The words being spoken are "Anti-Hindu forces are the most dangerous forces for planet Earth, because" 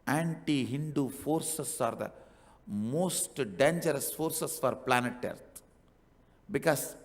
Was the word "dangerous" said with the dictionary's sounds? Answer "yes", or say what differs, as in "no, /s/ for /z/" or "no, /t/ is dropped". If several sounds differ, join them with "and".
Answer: yes